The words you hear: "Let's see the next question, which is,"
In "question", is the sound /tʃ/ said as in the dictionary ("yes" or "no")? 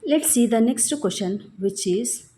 no